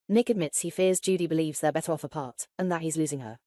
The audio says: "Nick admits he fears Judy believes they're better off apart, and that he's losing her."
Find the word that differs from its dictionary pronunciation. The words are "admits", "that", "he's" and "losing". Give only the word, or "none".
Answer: none